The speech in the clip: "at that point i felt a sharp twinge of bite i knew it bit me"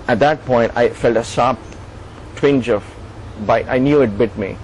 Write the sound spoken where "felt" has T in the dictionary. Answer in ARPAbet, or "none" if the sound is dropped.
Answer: T